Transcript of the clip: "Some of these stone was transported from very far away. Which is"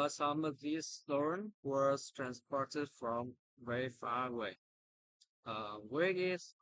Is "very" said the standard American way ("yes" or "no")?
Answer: no